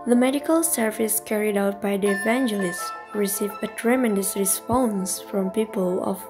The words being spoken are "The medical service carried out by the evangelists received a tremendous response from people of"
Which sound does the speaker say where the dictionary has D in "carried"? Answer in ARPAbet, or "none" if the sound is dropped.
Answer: D